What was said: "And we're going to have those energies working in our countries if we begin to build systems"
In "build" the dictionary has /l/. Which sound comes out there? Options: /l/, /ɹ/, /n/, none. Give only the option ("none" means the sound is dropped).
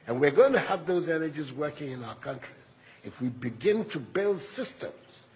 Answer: /l/